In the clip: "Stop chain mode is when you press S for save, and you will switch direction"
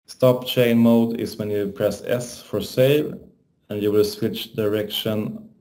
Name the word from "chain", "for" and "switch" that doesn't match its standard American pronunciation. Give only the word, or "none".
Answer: none